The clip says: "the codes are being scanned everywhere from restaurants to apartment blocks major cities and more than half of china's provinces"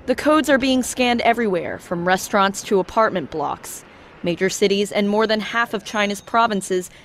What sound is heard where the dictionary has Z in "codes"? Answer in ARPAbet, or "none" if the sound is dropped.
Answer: Z